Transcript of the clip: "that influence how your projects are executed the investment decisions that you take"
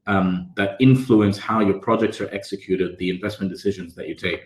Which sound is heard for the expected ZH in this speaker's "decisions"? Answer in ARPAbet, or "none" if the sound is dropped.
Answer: ZH